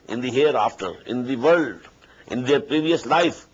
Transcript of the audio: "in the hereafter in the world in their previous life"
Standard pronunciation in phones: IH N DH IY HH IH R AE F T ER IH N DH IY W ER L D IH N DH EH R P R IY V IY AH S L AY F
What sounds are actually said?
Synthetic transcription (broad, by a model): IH N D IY HH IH R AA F T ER IH N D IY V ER L D IH N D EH R P R IY V IY AH S L AY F